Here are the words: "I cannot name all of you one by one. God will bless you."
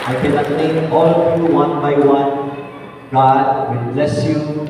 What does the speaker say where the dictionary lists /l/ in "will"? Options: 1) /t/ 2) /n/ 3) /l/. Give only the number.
2